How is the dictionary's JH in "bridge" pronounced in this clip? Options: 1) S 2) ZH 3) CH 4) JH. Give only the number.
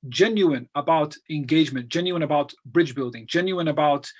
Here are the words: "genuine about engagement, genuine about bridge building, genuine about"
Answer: 4